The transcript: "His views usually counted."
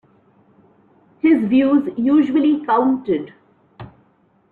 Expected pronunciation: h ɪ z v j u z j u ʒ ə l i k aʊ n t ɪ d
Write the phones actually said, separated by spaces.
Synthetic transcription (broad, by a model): h ɪ z v j u z j u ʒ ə l i k aʊ n t ɪ d